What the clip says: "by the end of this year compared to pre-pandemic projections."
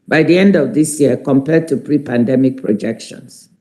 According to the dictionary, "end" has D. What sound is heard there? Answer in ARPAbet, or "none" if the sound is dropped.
D